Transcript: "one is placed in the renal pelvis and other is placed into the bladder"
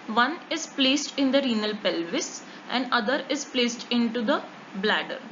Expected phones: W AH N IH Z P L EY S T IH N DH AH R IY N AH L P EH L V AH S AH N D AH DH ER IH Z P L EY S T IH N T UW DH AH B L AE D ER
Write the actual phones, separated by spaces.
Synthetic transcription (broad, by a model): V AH N IH Z P L EY S T IH N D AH R IY N AH L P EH L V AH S AH N D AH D ER IH Z P L EY S T IH N T UW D AH B L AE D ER